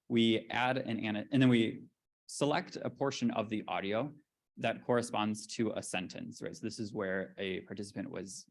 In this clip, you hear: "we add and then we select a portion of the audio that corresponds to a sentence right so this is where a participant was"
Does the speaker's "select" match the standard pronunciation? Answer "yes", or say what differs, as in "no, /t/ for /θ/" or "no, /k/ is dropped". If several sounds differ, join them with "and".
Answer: yes